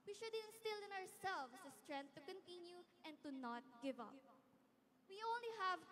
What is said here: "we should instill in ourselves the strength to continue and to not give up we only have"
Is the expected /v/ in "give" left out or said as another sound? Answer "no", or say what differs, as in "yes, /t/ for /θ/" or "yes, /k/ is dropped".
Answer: no